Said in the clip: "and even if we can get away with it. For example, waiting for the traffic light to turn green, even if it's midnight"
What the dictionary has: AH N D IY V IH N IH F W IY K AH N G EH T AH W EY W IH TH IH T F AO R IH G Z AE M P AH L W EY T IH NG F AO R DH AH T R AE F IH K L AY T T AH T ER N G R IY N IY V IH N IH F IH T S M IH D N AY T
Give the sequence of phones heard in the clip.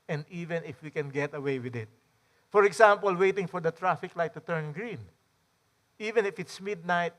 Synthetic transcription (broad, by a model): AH N D IY V IH N IH F W IY K AH N G EH T AH W EY W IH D IH T F AO R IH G S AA M P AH L W EY T IH NG F AO R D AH T R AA F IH K L AY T T AH T ER N G R IY N IY V IH N IH F IH T S M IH D N AY T